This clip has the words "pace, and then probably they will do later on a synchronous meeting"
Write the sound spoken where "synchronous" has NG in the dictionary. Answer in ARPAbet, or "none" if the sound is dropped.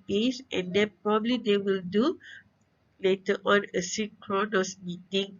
none